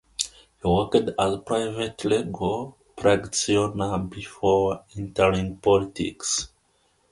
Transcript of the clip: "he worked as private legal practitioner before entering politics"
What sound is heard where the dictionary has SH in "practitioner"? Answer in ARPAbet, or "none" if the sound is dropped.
none